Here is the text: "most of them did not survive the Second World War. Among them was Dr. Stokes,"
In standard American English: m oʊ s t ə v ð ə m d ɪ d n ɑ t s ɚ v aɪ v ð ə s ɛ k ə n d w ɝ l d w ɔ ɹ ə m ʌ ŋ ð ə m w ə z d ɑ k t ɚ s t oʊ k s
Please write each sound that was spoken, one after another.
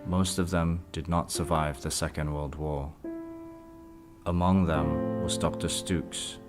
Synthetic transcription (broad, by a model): m oʊ s t ə v ð ə m d ɪ d n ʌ t s ɚ v aɪ v ð ə s ɛ k ə n d w ɝ l d w ɔ ɹ ə m ʌ ŋ ð ə m w ə z d ɑ k t ɚ s t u k s